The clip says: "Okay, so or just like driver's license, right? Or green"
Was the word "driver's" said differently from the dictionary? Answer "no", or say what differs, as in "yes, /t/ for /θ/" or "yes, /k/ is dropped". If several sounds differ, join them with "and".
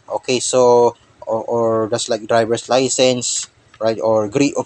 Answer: yes, /s/ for /z/